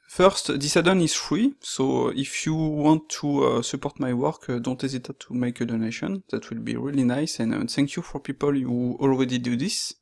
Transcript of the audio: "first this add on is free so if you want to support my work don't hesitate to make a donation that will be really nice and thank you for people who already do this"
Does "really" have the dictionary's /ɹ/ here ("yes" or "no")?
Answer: yes